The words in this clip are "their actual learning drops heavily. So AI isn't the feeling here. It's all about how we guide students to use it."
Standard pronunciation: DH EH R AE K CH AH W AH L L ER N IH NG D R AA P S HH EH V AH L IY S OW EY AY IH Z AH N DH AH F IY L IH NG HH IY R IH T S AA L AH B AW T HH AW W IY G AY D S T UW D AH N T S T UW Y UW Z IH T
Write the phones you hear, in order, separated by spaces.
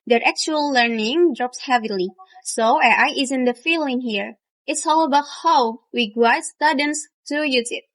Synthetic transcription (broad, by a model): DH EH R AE K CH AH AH L L ER N IH NG D R AA P S HH EH V AH L IY S OW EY AY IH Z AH N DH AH F IY L IH NG HH IY R IH T S AA L AH B AW T HH AW W IY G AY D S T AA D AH N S T UW Y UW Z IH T